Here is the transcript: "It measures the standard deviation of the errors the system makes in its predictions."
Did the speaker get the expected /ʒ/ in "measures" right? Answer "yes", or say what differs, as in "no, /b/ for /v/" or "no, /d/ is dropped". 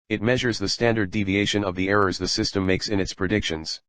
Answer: yes